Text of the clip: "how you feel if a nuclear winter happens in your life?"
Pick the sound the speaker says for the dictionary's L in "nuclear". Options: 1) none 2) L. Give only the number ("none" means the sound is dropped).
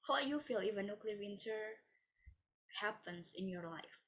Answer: 2